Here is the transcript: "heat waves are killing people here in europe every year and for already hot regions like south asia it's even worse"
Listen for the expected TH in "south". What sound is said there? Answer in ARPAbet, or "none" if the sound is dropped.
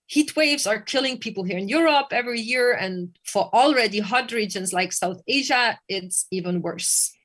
TH